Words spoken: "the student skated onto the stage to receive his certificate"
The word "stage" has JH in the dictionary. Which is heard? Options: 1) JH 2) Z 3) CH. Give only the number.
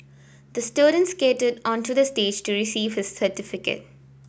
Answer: 1